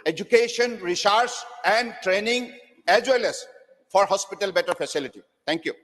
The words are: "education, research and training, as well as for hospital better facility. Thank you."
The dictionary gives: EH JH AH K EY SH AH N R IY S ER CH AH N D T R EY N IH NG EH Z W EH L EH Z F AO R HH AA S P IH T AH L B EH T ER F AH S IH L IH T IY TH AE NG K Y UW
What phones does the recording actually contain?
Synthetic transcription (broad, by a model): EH JH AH K EY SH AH N R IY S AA S AH N D T R EY N IH NG EH Z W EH L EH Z F AO R HH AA S P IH T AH L B EH T ER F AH S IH L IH T IY T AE NG K Y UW